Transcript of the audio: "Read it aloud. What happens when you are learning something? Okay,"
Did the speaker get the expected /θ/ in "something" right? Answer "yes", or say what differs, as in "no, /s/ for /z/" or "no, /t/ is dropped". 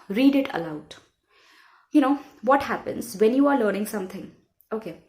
no, /t/ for /θ/